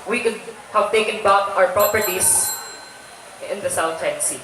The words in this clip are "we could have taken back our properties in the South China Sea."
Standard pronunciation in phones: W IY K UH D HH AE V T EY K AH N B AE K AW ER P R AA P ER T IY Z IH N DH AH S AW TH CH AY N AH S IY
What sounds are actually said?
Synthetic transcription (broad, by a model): W IY K UH D HH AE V T EY K AH N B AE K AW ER P R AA P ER T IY S IH N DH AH S AW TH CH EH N S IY